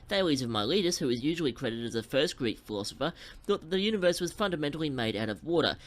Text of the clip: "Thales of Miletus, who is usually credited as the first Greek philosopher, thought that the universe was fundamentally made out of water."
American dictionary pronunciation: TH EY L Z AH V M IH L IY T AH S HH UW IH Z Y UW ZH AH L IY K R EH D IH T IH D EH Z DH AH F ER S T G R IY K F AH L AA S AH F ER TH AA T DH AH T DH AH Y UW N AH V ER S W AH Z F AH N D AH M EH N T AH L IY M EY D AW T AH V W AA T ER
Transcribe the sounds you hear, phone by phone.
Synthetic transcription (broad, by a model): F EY L Z AH V M IH L IY T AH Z HH UW IH Z Y UW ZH L IY K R EH D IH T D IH Z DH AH F ER S T G R IY K F AH L AA S AH F ER TH AA T DH AH T DH AH Y UW N AH V ER S W AH Z F AH N D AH M EH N T L IY M EY D AW T AH V W AA T ER